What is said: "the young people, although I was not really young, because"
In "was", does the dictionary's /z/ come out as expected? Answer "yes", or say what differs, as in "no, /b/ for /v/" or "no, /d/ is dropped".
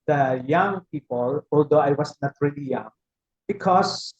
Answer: no, /s/ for /z/